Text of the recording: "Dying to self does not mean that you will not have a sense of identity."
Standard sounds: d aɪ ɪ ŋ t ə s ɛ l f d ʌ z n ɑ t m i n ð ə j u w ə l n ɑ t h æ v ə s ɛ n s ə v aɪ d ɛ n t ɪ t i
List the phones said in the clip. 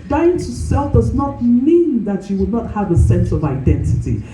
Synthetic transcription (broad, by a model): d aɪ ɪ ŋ t ə s ɛ l f d ʌ z n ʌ t m i n ð ə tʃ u w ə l n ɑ t h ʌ v ə s ɛ n s ə v aɪ d ɛ n t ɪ t i